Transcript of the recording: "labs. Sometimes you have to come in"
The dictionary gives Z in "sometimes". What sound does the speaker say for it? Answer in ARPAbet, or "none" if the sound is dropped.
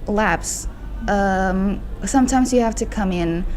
Z